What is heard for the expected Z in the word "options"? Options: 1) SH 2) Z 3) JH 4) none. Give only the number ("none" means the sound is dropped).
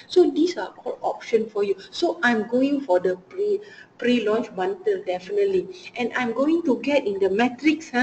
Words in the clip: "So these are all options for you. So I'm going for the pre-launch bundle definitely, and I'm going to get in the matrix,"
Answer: 4